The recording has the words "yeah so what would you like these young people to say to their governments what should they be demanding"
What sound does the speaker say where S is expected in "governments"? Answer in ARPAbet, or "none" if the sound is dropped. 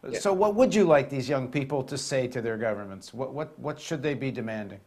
S